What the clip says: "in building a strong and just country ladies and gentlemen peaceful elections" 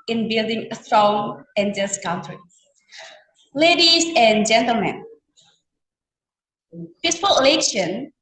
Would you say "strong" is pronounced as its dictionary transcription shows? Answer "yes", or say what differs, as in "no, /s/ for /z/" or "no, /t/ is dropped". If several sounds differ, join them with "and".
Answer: yes